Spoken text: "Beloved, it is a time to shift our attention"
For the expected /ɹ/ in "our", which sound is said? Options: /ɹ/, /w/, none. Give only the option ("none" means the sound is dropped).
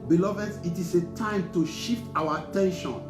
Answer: /w/